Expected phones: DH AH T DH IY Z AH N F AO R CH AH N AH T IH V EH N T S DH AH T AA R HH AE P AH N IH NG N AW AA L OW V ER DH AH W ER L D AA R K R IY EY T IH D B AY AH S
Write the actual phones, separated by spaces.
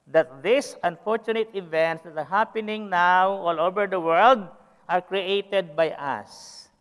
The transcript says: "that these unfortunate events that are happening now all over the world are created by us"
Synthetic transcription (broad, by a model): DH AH T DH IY S AH N F AO R CH AH N AH T IH V EH N T S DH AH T AA R HH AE P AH N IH NG N AW AA L OW V ER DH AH W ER L D AA R K R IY EY T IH D B AY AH S